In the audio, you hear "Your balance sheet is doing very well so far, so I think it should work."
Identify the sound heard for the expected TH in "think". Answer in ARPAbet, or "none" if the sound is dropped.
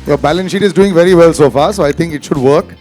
T